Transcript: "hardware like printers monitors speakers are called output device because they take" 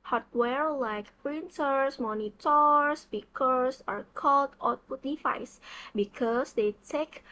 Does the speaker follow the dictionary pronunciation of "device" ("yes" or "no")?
no